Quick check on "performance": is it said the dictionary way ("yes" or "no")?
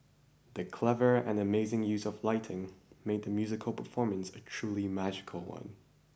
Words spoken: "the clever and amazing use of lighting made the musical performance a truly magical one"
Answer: yes